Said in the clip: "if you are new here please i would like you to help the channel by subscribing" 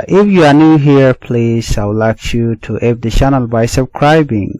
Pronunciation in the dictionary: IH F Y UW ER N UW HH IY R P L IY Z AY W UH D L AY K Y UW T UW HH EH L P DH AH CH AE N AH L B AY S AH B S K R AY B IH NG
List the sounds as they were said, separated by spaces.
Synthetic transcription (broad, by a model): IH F Y UW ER N UW HH IY R P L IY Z AY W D L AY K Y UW T UW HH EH P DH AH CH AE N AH L B AY S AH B S K R AY B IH NG